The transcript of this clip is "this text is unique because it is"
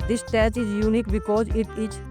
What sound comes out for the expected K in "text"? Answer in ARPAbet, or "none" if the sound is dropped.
none